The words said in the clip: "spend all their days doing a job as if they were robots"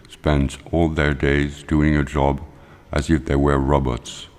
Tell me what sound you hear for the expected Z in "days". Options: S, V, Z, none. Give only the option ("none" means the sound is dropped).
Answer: Z